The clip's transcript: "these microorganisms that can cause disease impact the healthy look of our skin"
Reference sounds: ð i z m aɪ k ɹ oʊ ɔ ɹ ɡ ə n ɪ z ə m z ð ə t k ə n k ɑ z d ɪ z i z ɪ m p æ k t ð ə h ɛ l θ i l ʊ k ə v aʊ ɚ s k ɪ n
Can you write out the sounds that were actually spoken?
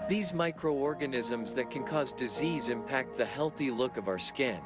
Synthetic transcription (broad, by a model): ð i z m aɪ k ɹ oʊ ɔ ɹ ɡ ə n ɪ z ə m z ð ə t k ə n k ɑ z d ɪ z i z ɪ m p æ k t ð ə h ɛ l θ i l ʊ k ə v aʊ ɚ s k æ n